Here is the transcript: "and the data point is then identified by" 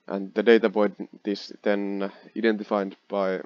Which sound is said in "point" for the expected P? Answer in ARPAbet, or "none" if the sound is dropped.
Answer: B